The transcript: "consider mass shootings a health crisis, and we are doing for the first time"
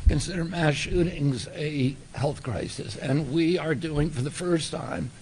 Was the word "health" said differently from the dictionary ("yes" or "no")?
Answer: no